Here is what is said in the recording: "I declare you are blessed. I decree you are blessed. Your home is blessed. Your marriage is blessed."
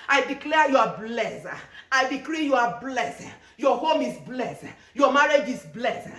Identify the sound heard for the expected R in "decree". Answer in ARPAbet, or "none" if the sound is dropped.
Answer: R